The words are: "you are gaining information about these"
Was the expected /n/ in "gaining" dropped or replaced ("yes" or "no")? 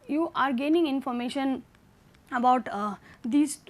no